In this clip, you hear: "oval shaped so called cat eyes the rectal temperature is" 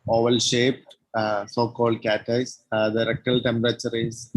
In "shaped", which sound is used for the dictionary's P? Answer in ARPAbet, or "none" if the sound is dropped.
P